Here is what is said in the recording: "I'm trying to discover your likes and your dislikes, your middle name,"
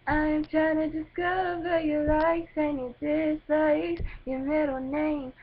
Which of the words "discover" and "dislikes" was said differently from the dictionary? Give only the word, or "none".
dislikes